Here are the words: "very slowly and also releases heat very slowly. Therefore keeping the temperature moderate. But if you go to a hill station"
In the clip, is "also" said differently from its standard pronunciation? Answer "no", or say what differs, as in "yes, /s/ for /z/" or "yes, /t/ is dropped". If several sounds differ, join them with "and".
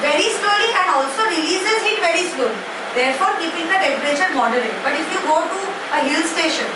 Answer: no